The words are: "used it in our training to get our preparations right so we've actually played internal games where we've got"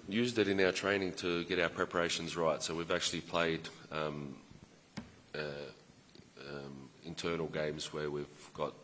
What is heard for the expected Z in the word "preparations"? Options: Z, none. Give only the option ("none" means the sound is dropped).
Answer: Z